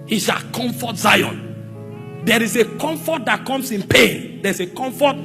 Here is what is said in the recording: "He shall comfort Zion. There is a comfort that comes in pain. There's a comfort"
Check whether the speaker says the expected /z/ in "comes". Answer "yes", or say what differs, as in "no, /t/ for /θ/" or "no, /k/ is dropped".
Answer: no, /s/ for /z/